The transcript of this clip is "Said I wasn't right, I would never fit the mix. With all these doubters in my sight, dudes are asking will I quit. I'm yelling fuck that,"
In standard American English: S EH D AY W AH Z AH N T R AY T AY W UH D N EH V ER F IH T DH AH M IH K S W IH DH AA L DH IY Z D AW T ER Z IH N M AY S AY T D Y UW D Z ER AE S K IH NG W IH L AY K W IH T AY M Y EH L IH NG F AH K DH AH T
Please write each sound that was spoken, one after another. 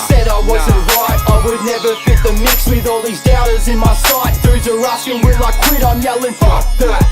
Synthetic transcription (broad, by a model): S EH D AY W AH Z AH N T R AY T AY W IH D N EH V ER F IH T DH AH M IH K S W IH DH AA L DH IY Z D AW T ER Z IH N M AY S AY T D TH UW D ER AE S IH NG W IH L AY K W IH T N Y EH L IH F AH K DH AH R